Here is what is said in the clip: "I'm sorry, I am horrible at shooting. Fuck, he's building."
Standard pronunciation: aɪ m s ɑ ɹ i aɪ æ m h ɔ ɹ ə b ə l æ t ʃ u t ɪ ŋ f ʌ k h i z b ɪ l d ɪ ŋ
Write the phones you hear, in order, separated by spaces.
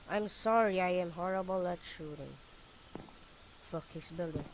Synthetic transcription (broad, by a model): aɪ m s ɑ ɹ i aɪ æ m h ɔ ɹ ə b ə l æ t ʃ u t ɪ ŋ f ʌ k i s b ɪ l d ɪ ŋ